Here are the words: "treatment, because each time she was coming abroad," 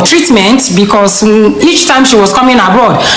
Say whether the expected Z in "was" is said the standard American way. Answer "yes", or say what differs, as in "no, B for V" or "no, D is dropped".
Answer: no, S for Z